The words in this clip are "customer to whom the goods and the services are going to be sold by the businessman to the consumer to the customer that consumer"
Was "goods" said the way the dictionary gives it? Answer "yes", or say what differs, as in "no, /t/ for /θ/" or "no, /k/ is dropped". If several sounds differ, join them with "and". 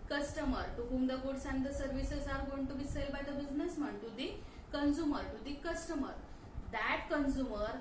no, /s/ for /z/